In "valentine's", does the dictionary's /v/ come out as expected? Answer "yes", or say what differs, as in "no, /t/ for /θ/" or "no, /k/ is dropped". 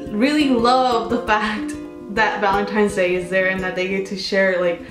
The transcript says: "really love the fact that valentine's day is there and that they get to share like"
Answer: yes